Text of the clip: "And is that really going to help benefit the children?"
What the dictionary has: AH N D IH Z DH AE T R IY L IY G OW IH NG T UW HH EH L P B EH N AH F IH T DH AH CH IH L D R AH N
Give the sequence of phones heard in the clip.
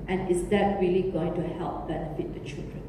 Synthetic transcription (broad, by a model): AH N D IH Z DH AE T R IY L IY G OW IH NG T UW HH EH L P B EH N AH F IH T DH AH CH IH L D R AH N